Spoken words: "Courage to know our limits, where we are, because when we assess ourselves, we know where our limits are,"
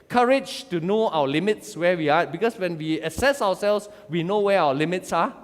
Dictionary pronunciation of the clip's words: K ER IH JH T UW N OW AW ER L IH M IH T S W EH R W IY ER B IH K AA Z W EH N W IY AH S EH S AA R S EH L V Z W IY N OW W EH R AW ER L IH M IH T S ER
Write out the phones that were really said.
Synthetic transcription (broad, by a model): K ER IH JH T UW N OW AW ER L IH M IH T S W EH W IY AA B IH K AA S W EH N W IY AH S EH S AA W S EH L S W IY N OW W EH AW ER L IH M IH T S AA